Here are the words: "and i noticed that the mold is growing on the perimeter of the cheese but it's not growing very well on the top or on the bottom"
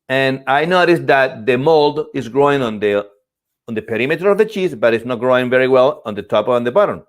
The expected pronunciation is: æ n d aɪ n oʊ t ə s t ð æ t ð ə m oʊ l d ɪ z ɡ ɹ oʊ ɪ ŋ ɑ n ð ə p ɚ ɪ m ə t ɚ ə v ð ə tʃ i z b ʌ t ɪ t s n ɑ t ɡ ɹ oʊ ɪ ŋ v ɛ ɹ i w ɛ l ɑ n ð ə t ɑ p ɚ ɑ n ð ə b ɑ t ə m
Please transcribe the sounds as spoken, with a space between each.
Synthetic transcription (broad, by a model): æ n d aɪ n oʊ t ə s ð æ t ð ə m oʊ l d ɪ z ɡ ɹ oʊ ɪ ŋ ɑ n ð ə p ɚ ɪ m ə t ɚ ə v ð ə tʃ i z b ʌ t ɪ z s n ɑ t ɡ ɹ oʊ ɪ ŋ v ɛ ɹ i w ɛ l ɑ n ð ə t ɑ p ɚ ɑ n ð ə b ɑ t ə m